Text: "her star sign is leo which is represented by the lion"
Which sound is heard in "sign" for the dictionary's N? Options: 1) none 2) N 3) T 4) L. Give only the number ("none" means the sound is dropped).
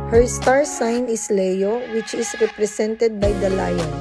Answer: 2